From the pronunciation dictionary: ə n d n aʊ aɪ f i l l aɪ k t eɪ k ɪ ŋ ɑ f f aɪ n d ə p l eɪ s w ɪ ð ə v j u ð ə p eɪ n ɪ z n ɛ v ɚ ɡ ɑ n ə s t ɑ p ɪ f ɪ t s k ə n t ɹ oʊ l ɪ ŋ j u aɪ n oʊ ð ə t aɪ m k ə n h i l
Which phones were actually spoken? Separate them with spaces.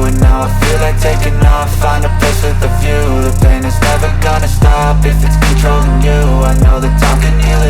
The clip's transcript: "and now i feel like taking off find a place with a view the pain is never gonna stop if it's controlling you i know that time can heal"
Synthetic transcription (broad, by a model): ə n n aʊ aɪ f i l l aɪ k t eɪ k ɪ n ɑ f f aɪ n ə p ɪ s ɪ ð ə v j u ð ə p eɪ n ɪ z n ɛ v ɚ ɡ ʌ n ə s t ɑ p ɪ f ɪ t s k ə n t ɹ oʊ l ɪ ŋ j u aɪ n oʊ ð ə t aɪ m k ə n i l